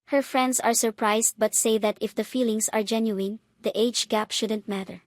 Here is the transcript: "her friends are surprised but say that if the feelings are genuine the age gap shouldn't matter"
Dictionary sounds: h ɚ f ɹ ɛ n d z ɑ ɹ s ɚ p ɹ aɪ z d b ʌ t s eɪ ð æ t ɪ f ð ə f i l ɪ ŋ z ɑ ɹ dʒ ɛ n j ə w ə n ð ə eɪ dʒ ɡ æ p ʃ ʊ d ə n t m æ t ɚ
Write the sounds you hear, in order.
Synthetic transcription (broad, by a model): h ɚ f ɹ ɛ n d s ɑ ɹ s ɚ p ɹ aɪ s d b ʌ t s eɪ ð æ t ɪ f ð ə f i l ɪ ŋ s ɑ ɹ dʒ ɛ n j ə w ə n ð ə eɪ dʒ ɡ æ p ʃ ʊ d ə n t m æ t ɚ